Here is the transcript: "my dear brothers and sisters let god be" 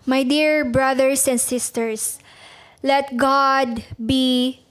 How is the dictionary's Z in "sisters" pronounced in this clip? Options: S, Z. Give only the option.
S